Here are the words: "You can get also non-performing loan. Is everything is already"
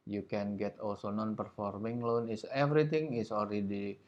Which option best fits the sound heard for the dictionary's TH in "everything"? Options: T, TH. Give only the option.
T